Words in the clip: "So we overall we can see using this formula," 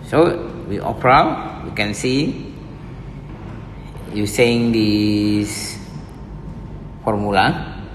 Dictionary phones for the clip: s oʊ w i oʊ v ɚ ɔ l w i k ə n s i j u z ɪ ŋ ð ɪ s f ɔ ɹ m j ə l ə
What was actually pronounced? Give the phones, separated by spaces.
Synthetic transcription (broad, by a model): s oʊ w i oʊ p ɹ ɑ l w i k ə n s i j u s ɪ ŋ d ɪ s f ɔ ɹ m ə l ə